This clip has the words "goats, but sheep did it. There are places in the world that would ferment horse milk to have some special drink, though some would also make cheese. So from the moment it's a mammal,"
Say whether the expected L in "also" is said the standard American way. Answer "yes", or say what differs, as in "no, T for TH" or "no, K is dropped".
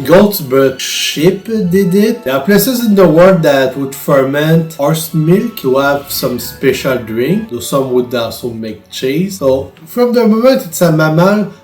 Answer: no, L is dropped